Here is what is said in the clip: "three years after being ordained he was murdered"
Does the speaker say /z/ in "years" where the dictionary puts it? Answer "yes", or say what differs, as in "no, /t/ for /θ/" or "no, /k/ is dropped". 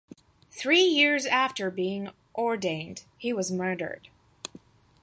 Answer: yes